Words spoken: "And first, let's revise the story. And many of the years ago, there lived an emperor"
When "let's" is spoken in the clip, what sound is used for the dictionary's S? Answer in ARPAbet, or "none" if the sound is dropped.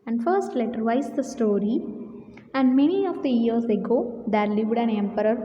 none